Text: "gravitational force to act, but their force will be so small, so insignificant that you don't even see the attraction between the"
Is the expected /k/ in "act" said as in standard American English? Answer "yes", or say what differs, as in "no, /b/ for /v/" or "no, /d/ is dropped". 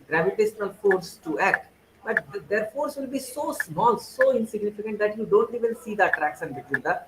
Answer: yes